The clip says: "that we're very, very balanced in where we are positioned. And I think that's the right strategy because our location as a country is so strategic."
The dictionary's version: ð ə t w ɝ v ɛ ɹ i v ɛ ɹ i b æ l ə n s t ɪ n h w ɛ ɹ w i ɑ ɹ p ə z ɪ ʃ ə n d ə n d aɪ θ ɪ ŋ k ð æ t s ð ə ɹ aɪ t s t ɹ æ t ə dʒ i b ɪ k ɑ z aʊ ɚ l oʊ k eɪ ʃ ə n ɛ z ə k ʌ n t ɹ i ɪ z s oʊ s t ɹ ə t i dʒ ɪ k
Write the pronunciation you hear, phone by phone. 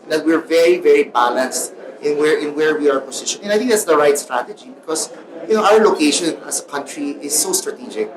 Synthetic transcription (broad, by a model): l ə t w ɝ v ɛ ɹ i v ɛ ɹ i b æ l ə n s t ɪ n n w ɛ ɹ w i ɑ ɹ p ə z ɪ ʃ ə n ə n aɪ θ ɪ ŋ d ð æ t s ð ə ɹ aɪ t s t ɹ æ t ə dʒ i b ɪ k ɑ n aʊ ɚ l oʊ k eɪ ʃ ə n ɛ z ə k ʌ n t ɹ i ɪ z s oʊ s t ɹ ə t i dʒ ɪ k